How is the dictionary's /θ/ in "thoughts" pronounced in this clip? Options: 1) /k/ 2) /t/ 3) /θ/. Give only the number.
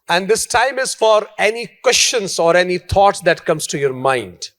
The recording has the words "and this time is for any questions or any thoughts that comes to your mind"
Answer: 2